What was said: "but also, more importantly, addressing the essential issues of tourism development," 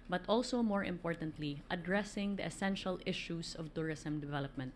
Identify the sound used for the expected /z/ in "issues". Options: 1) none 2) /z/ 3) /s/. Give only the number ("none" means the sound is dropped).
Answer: 3